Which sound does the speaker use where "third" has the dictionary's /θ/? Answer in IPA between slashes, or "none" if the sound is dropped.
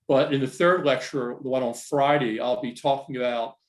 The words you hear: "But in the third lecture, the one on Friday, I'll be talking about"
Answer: /θ/